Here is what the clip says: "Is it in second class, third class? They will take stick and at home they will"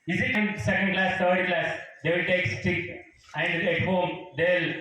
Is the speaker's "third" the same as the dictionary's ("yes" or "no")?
no